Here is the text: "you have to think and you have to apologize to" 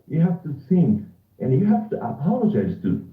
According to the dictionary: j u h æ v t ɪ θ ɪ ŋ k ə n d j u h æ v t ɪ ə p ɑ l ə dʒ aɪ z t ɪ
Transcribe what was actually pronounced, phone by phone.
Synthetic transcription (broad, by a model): j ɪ h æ f t ɪ s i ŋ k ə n j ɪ h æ f t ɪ ə p ɑ l ə dʒ aɪ z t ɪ